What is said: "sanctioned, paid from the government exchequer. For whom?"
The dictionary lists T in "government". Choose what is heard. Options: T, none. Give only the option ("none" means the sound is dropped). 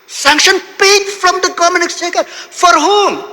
none